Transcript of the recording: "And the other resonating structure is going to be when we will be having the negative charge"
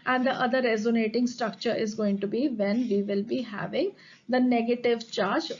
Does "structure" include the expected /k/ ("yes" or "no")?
yes